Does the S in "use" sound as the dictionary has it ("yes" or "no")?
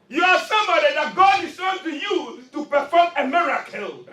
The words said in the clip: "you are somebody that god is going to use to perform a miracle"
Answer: no